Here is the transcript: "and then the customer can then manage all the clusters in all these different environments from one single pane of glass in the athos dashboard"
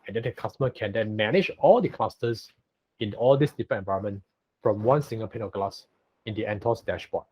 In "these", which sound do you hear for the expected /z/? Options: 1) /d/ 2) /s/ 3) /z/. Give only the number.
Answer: 2